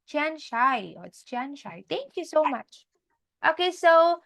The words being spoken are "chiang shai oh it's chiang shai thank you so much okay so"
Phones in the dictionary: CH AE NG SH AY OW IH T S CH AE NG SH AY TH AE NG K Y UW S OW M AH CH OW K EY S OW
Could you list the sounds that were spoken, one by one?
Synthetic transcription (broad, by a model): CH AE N SH AY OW IH T S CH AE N SH AY T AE NG K Y UW S OW M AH CH OW K EY S OW